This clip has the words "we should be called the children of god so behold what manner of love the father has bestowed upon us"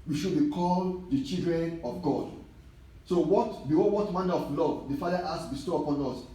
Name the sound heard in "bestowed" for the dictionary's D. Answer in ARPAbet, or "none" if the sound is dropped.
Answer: none